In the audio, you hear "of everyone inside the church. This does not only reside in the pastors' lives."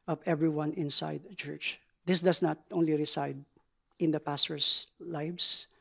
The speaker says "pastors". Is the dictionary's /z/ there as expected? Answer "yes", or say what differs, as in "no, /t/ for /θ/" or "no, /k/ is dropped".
no, /s/ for /z/